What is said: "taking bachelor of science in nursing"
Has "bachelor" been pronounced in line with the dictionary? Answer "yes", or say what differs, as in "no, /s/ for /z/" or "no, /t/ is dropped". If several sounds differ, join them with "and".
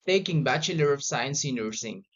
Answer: yes